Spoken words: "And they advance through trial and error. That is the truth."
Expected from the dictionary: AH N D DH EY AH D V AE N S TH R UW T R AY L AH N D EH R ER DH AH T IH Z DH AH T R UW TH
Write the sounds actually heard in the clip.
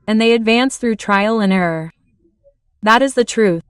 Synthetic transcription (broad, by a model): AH N DH EY AH D V AE N S TH R UW T R AY L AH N EH R ER DH AH T IH Z DH AH T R UW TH